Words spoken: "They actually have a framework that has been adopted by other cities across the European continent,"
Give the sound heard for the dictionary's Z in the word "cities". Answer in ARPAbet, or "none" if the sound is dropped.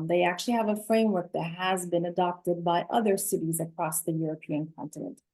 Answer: Z